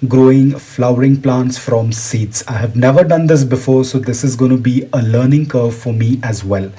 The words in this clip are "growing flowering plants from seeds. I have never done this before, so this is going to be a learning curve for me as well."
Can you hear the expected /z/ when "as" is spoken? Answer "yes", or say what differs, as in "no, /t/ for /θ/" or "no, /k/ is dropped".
yes